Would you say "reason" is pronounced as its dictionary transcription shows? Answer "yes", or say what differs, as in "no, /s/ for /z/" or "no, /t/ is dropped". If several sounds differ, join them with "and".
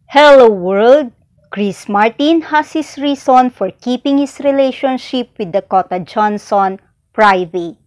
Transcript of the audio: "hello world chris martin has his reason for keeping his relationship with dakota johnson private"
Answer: no, /s/ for /z/